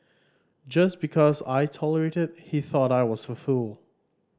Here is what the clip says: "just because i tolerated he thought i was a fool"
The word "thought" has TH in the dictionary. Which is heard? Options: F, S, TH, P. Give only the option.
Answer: TH